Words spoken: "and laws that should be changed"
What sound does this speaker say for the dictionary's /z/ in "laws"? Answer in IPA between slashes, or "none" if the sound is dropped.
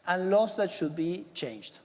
/s/